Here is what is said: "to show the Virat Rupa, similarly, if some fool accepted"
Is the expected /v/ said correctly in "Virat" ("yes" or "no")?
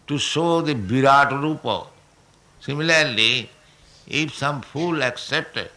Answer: no